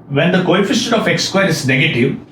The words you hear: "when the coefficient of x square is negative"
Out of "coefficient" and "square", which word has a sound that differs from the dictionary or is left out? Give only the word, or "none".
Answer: coefficient